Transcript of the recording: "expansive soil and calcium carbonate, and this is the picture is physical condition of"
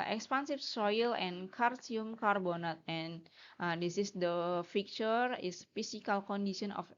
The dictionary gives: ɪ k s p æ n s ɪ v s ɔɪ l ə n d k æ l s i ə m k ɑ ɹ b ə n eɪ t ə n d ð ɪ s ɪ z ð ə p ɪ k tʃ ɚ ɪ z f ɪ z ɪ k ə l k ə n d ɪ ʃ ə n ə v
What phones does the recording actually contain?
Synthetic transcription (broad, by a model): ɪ k s p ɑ n s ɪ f s ɔɪ l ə n k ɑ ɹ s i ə m k ɑ ɹ b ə n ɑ t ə n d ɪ s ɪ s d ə f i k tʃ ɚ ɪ s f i s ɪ k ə l k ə n d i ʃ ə n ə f